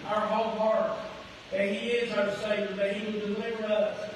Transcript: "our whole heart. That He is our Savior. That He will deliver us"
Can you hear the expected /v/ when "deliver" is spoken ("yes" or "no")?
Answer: yes